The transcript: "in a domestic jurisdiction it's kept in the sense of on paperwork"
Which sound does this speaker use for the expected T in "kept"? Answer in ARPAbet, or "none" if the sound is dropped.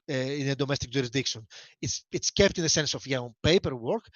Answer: T